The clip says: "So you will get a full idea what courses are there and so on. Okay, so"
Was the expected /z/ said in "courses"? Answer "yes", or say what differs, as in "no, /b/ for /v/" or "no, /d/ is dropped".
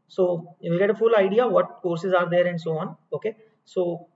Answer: yes